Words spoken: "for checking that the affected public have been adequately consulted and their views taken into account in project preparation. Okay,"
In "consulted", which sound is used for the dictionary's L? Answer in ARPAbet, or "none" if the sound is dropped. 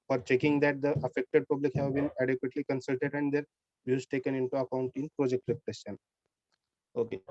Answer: L